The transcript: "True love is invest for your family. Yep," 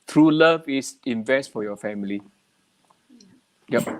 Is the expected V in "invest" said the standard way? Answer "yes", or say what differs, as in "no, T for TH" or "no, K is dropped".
yes